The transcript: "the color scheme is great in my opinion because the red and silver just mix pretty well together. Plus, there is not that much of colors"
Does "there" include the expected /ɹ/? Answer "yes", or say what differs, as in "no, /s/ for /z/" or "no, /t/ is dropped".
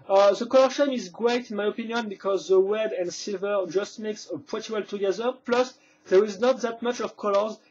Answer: yes